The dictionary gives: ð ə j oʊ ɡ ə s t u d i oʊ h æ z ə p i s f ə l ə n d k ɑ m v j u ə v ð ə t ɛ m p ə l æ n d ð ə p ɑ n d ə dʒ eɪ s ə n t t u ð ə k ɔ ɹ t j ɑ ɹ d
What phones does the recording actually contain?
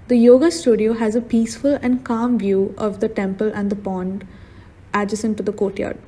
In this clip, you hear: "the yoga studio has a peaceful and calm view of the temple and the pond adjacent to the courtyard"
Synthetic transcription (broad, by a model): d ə j oʊ ɡ ə s t u d i oʊ h æ z ə p i s f ə l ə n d k ɑ m v j u ə v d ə t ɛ m p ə l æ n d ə p ɑ n d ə dʒ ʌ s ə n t t u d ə k ɔ t j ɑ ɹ d